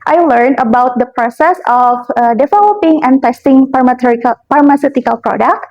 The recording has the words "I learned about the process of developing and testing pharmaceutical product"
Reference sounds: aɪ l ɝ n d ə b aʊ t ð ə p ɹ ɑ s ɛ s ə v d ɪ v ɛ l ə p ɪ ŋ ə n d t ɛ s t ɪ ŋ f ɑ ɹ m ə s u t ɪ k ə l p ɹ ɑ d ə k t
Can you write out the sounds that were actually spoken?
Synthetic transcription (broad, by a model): aɪ l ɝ n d ə b aʊ t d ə p ɹ ɑ s ɛ s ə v d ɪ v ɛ l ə p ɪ ŋ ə n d t ɛ s t ɪ ŋ p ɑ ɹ m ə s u t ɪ k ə l p ɹ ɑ d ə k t